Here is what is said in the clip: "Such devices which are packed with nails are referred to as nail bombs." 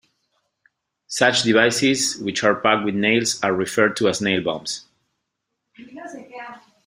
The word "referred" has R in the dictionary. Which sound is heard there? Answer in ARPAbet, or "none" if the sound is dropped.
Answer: R